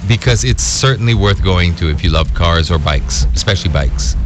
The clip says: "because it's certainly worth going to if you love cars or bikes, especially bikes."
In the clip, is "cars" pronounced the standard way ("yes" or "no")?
yes